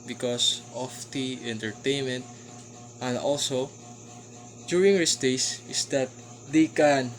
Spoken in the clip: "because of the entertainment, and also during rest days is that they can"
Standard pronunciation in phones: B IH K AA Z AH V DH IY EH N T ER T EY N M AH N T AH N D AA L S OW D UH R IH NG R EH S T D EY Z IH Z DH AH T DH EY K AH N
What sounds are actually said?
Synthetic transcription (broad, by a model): B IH K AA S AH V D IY EH N T ER T EY N M AH N T AH N D AA L S OW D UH R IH NG R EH S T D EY S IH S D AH T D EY K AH N